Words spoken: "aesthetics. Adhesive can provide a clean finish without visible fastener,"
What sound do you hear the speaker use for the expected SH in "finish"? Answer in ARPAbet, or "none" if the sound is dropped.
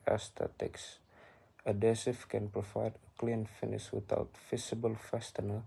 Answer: S